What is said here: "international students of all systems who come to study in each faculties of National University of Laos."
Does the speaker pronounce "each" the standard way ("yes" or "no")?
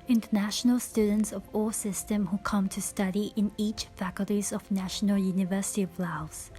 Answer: yes